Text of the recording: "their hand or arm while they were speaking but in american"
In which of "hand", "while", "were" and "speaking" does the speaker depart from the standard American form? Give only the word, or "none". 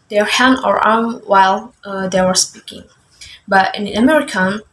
hand